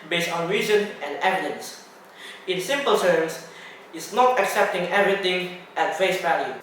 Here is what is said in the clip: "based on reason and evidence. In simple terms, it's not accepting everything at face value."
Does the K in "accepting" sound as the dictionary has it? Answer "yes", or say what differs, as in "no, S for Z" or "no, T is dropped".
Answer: yes